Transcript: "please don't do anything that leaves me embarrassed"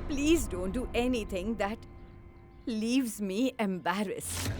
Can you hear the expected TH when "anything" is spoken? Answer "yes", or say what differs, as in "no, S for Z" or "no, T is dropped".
no, T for TH